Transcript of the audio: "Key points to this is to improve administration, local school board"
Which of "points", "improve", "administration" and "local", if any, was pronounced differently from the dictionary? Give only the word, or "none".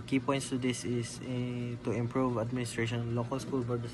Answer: none